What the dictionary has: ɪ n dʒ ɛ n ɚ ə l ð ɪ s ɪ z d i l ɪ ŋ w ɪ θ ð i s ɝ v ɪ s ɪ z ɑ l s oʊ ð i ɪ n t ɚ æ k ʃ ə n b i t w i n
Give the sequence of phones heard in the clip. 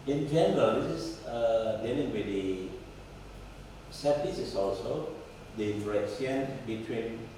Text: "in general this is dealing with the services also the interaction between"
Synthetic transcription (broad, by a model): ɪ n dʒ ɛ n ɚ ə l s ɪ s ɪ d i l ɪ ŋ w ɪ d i s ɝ f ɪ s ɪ s ɑ l s oʊ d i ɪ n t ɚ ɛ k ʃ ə n b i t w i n